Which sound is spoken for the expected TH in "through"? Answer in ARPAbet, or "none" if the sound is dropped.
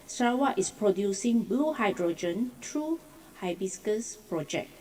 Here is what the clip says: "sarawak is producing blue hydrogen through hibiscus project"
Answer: T